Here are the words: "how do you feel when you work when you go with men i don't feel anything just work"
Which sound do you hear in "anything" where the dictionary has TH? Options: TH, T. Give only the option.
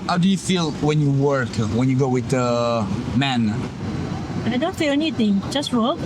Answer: T